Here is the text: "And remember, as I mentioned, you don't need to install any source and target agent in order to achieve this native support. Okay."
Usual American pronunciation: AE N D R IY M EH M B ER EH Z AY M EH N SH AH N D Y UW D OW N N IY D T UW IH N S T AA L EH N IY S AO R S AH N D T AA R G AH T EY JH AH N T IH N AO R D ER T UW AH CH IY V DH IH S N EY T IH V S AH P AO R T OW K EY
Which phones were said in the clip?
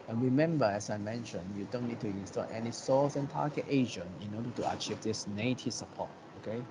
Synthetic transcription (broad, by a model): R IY M EH M B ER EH S AY M EH N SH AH N Y UW D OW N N IY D T UW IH N S T AA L EH N IY S AO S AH N T AA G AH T EY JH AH N IH N AO D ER T UW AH CH IY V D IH S N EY T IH S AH P AO T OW K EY